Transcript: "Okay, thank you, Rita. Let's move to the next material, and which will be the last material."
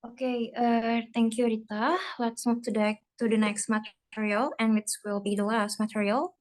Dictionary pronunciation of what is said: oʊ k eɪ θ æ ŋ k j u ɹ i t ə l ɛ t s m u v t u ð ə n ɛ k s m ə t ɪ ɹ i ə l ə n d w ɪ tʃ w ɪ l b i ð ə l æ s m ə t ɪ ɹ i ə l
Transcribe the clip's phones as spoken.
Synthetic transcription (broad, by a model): oʊ k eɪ t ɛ ŋ k j u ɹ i t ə l ɛ t s m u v t u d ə n ɛ k s m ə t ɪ ɹ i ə l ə n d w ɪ s w ɪ l b i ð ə l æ s m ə t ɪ ɹ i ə l